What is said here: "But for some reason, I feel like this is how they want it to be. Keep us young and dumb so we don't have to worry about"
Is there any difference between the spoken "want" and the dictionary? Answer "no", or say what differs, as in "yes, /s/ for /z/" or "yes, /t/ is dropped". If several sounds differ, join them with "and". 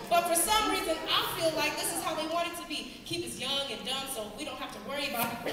yes, /n/ is dropped